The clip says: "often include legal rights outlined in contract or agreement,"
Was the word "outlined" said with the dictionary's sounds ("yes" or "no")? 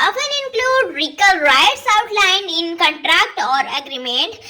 no